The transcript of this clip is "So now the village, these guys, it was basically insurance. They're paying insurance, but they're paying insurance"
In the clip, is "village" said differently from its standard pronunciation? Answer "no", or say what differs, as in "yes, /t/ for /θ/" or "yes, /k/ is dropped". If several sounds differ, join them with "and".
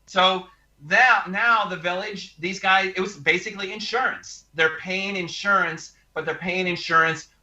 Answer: no